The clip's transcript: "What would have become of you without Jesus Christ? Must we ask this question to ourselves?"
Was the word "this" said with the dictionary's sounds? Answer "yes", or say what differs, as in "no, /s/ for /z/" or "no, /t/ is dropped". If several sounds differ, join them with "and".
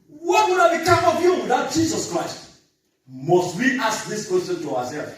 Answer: yes